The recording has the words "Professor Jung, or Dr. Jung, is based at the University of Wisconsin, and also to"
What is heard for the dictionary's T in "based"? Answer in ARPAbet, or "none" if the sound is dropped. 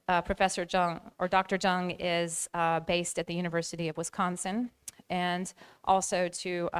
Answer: T